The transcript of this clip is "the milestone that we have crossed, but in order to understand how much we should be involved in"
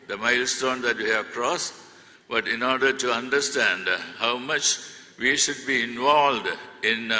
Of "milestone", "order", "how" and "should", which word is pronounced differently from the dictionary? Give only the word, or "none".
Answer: none